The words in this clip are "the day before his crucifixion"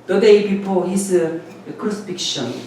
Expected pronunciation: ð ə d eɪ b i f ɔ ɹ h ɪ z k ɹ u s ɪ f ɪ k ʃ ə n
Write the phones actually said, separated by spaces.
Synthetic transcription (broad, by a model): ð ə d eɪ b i p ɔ l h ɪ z k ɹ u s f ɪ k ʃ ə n